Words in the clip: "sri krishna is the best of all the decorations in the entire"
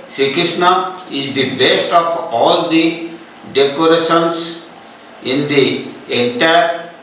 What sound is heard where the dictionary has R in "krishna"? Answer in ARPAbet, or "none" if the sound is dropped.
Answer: none